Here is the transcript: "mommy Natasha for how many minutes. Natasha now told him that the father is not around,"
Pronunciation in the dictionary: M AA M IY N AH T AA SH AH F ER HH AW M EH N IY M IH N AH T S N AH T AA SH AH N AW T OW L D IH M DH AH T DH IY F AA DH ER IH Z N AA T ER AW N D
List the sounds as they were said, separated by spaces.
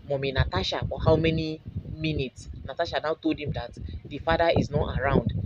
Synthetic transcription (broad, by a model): M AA M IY N AH T AA SH AH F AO HH AW M EH N IY M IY N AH T S N AH T AA SH AH N AW T OW L D IH M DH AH T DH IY F AA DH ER IH Z N AA T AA AW N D